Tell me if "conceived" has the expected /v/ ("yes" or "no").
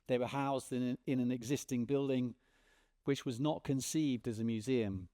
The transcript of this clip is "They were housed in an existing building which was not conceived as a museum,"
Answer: yes